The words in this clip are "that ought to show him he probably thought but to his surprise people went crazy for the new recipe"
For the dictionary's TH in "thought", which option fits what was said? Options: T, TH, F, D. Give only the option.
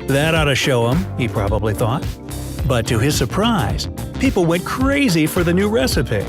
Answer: TH